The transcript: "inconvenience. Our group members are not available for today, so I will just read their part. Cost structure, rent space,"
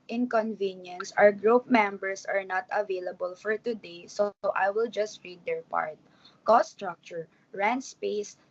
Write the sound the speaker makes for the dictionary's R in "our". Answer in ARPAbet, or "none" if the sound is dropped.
W